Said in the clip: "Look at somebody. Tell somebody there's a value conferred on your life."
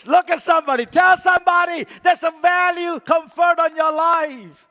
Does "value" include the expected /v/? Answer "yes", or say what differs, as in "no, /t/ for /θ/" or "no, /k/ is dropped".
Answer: yes